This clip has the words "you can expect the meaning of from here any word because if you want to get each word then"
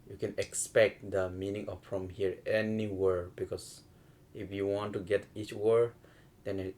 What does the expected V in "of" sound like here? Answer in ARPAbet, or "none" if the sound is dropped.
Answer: F